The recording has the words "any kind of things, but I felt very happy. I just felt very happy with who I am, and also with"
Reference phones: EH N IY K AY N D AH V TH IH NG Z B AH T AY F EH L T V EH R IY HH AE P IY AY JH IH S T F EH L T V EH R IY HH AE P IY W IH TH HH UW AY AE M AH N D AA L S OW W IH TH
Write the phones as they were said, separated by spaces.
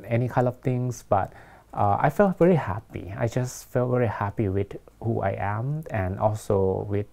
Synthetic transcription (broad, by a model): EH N IY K AY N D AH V T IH NG S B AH T AY F EH L T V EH R IY HH AE P IY AY JH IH S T F EH L T V EH R IY HH AE P IY W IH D HH UW AY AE M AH N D AA L S OW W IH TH